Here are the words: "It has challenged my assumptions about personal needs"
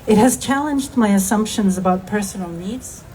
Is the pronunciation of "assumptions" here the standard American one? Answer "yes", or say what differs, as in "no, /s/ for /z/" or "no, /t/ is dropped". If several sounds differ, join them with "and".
yes